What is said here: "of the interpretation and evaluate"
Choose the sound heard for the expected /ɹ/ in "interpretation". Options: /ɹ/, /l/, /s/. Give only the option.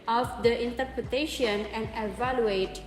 /ɹ/